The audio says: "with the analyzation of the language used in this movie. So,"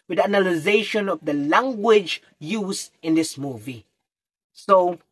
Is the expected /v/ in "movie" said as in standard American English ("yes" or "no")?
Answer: yes